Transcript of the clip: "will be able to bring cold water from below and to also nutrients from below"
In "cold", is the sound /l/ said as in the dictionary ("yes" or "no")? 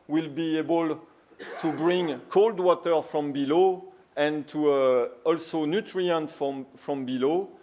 yes